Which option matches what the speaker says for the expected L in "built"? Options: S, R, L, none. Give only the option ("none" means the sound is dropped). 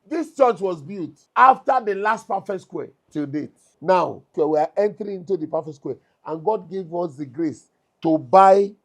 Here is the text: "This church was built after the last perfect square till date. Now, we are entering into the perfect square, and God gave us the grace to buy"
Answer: none